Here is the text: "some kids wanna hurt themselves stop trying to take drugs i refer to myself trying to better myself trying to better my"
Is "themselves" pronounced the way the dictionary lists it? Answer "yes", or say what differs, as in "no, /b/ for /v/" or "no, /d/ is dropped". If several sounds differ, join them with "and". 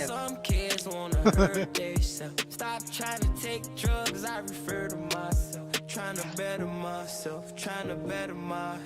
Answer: no, /m/ is dropped